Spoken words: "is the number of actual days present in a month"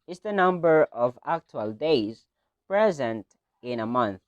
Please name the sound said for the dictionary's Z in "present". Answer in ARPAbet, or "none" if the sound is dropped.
Z